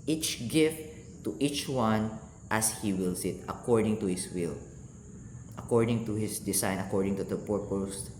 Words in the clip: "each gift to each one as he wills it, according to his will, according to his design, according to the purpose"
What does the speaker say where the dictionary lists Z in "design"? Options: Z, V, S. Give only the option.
S